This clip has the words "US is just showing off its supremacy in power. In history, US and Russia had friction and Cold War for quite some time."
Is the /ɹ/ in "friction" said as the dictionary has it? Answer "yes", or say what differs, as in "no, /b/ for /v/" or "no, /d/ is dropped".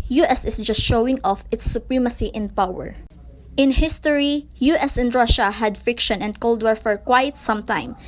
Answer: no, /ɹ/ is dropped